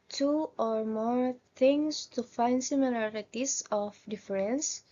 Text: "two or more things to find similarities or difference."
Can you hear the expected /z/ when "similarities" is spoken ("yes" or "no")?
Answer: no